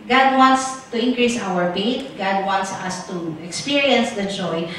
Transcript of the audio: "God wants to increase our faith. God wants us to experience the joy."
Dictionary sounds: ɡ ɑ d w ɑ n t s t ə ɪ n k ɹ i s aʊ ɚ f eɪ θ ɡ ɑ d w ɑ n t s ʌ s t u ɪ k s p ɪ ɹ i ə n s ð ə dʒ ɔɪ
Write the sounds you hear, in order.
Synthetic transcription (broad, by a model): ɡ ɑ d w ɑ n t s t ə ɪ n k ɹ i s aʊ ɚ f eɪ t ɡ ɑ d w ɑ n t s ʌ s t u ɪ k s p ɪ ɹ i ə n s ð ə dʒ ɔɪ